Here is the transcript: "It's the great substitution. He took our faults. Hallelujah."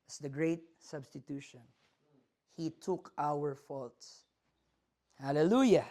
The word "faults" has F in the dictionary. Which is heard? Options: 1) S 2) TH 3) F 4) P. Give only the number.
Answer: 3